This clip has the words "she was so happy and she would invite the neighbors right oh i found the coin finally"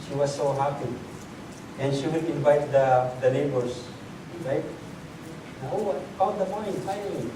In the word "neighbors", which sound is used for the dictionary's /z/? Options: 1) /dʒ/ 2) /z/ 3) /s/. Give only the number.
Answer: 3